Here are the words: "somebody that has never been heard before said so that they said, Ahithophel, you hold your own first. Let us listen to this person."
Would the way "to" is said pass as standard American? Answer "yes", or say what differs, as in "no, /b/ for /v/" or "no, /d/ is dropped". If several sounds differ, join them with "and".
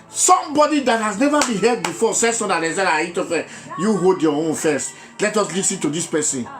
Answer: yes